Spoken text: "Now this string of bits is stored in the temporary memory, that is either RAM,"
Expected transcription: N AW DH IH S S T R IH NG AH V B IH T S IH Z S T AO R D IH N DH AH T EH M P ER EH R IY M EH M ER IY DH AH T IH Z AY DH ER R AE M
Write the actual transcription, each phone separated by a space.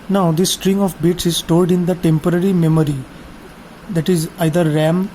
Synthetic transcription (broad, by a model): N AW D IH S S T R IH NG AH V B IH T S IH Z S T AO L D IH N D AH T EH M P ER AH R IY M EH M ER IY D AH T IH Z AY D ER R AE M